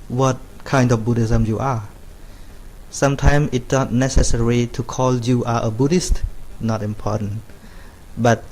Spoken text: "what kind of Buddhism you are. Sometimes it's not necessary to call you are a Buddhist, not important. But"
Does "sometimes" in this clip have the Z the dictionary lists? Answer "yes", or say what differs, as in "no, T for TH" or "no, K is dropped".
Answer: no, Z is dropped